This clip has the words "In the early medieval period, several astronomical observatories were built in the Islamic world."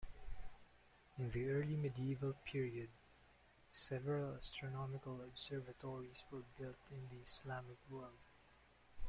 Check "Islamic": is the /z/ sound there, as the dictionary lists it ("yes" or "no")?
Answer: no